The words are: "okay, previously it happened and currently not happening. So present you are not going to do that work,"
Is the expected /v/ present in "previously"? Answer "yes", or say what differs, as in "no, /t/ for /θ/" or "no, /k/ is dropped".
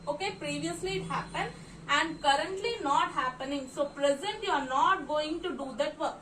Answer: yes